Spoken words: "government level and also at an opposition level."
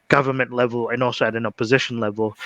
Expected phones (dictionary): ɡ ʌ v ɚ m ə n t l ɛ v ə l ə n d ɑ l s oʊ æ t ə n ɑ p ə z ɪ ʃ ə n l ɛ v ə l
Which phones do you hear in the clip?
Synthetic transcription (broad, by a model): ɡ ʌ v ɚ m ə n t l ɛ v ə l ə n ɑ l s oʊ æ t ə n ɑ p ə z ɪ ʃ ə n l ɛ v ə l